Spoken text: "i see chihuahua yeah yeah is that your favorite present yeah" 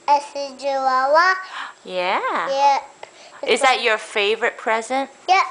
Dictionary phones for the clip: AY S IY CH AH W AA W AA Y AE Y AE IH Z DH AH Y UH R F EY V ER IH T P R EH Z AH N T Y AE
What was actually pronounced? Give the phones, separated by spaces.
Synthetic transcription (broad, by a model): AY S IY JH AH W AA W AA Y AE Y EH IH Z DH AH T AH R F EY V ER IH T P R EH Z AH N T Y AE